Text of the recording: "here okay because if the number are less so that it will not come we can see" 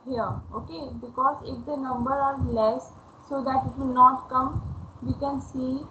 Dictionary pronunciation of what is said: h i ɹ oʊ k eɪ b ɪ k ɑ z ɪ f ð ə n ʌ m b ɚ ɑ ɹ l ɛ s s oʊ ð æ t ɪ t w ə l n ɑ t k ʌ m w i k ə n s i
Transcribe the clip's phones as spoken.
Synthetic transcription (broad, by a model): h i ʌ oʊ k eɪ b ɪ k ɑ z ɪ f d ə n ʌ m b ɚ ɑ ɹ l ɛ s s oʊ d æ t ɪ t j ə n ɑ t k ʌ m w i k ə n s i